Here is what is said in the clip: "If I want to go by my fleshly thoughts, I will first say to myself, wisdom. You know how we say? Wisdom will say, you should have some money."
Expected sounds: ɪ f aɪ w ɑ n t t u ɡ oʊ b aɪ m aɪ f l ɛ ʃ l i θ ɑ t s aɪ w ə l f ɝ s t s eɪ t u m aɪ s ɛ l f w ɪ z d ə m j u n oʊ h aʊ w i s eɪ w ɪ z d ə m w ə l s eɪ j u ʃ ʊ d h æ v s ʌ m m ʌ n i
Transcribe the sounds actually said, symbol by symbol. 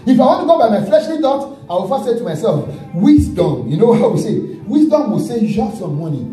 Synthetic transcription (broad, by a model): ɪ f aɪ w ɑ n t t u ɡ oʊ b aɪ m aɪ f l ɛ ʃ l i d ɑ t aɪ w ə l f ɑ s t s eɪ t u m aɪ s ɛ l f w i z d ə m j u n oʊ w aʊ w i s eɪ w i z d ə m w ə s eɪ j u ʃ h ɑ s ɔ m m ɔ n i